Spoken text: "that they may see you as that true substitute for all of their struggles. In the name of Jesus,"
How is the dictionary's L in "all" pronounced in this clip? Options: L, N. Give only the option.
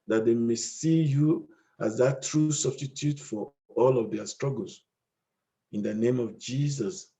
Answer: L